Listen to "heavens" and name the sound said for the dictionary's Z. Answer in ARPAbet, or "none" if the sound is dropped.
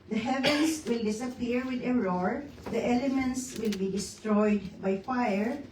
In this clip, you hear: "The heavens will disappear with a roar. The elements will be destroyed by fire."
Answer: S